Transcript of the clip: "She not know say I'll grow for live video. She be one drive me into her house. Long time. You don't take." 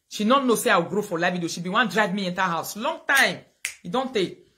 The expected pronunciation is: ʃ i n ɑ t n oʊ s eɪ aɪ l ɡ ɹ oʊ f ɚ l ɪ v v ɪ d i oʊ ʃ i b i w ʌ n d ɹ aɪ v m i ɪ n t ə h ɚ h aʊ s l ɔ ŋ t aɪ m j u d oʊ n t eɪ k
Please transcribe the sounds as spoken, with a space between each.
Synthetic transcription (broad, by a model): ʃ i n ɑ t n oʊ s eɪ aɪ w ɡ ɹ oʊ f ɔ l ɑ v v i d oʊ ʃ i b i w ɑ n d ɹ aɪ v m i ɪ n t ə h h aʊ s l ɔ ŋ t aɪ m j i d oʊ n t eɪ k